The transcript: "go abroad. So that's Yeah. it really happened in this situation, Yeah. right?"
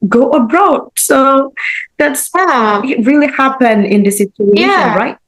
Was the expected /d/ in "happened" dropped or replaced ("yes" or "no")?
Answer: yes